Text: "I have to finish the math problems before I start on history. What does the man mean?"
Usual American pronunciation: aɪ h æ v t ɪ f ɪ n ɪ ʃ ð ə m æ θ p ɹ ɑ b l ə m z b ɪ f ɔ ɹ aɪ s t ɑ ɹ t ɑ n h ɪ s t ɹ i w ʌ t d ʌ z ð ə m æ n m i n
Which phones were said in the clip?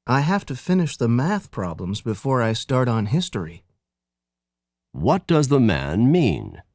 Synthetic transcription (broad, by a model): aɪ h æ f t ɪ f ɪ n ɪ ʃ ð ə m æ θ p ɹ ɑ b l ə m z b ɪ f ɔ ɹ aɪ s t ɑ ɹ t n h ɪ s t ɹ i w ʌ t d ʌ z ð ə m æ n m i n